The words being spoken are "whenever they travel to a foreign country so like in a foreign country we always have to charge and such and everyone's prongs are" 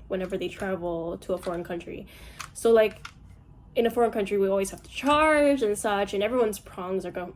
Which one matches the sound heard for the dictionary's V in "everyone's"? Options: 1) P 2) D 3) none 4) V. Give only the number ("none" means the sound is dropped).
4